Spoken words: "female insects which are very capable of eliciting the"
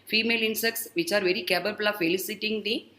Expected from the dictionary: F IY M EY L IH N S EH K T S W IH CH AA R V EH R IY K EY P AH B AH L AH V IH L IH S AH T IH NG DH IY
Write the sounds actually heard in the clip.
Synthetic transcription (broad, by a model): F IY M EY L IH N S EH K T S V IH CH AA R V EH R IY K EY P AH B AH L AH F IH L IH S AH T IH NG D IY